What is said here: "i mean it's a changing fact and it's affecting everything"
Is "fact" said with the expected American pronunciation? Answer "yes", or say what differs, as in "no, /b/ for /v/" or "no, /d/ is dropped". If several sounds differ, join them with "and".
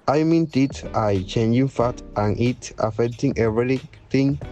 no, /k/ is dropped